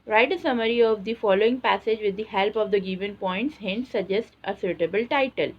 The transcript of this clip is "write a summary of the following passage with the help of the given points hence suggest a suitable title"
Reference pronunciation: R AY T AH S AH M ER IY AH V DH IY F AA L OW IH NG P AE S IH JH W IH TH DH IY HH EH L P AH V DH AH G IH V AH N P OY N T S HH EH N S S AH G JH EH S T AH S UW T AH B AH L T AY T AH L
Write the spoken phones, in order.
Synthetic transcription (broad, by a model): R AY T AH S AH M ER IY AH V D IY F AA L OW IH NG P AE S IH JH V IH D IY HH EH L P AH V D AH G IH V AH N P OY N T S HH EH N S S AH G JH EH S T AH S UW T AH B AH L T AY T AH L